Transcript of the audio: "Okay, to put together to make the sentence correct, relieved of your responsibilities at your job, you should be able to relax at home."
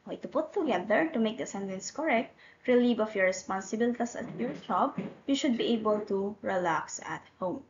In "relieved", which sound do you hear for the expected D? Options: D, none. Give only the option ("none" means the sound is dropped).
none